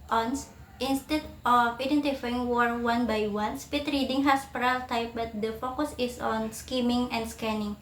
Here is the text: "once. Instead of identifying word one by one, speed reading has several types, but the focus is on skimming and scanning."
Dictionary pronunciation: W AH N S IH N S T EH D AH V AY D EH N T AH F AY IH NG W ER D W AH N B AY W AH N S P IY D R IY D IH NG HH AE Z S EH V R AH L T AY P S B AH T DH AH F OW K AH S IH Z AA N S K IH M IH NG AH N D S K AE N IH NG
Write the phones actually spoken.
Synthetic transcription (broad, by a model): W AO N S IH N S T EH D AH F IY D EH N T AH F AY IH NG W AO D W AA N B AY W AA N S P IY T R IY D IH NG HH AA S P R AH L T AY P B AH T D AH F OW K AH S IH S AA N S K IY M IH NG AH N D S K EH N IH NG